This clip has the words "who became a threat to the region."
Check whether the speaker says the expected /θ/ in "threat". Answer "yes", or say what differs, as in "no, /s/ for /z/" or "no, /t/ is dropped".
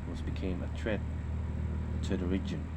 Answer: no, /t/ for /θ/